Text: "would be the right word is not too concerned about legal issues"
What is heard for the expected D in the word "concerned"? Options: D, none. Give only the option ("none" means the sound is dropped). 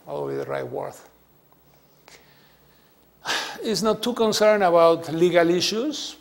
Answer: none